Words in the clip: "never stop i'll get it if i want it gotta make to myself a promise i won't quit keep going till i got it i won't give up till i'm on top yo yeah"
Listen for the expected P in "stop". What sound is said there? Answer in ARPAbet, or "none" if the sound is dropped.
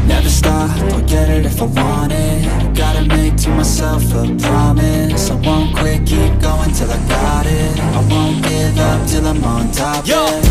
F